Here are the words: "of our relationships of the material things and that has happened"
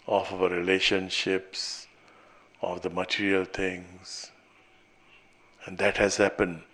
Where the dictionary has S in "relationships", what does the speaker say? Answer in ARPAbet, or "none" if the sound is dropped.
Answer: S